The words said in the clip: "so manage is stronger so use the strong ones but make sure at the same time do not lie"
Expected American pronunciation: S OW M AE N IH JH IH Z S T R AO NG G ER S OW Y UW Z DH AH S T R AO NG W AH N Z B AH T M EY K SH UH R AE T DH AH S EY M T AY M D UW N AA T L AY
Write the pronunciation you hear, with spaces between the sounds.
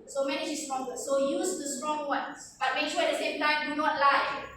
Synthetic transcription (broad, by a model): S OW M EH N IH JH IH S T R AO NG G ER S OW Y UW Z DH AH S T R AO NG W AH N B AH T M EY K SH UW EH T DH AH S EY M T AY M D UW N AA T L AY